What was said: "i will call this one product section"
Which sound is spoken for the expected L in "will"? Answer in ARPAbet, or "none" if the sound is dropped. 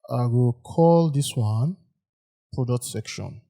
L